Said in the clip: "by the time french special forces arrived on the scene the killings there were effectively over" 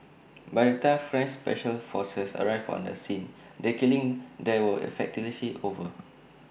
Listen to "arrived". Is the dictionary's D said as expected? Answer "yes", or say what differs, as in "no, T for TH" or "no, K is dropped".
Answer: no, D is dropped